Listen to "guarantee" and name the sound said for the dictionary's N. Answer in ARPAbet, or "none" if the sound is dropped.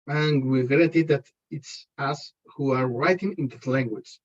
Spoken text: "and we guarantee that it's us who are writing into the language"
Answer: none